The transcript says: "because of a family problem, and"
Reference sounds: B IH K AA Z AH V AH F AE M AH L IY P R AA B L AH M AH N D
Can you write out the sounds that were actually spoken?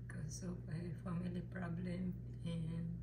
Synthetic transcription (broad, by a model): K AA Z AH P AH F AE M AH L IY P R AA B L AH M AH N